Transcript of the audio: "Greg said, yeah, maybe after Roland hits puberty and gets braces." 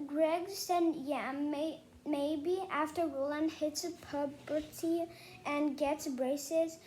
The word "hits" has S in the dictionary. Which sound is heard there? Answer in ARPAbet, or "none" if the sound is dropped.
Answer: S